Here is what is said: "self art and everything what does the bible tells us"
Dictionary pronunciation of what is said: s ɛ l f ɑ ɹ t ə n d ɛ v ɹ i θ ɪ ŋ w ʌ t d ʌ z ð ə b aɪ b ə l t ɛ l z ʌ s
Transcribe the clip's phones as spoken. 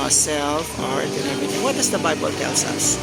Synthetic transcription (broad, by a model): s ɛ l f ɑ ɹ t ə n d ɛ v i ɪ w ʌ t d ʌ z ð ə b aɪ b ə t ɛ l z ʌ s